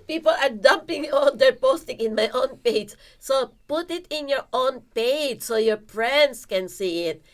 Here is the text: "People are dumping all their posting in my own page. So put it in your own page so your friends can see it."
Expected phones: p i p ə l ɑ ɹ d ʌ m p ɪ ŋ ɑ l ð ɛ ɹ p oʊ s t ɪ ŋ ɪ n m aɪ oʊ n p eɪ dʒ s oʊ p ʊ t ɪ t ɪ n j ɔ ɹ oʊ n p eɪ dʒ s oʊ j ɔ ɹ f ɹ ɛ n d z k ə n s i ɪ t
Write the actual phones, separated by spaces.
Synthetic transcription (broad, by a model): p i p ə l ɑ ɹ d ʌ m p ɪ ŋ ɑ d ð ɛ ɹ p oʊ s t ɪ ŋ ɪ n m aɪ oʊ n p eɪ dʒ s oʊ p ʊ t ɪ t ɪ n j ɔ ɹ oʊ n p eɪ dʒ s oʊ j ɔ ɹ p ɹ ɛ n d s k ə n s i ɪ t